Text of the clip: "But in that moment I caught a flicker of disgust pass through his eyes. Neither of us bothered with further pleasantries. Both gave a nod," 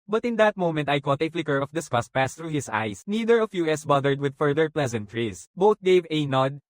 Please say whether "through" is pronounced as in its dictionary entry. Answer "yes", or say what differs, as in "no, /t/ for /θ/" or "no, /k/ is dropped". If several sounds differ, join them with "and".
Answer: no, /t/ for /θ/